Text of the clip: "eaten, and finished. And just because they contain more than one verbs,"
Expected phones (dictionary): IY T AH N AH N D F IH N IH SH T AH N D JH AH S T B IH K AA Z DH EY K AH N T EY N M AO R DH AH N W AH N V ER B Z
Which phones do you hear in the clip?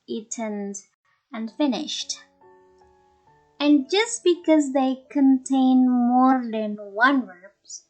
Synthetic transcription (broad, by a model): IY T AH N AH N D F IH N IH SH T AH N JH AH S T B IH K AA Z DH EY K AH N T EY N M AO R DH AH N W AH N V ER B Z